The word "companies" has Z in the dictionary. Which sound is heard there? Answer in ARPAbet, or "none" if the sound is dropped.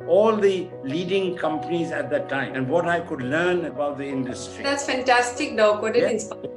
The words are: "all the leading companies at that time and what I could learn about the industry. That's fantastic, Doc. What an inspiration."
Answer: Z